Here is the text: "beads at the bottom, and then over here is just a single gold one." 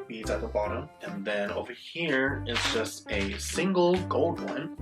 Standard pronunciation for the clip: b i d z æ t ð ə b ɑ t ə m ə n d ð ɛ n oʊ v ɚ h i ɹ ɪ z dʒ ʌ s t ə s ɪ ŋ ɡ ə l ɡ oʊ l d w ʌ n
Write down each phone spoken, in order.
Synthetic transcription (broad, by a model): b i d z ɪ t ð ə b ɑ t ə m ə n ð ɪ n oʊ v ɚ h i ɹ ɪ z dʒ ʌ s t ə s ɪ ŋ ɡ l ɡ oʊ l d w ʌ n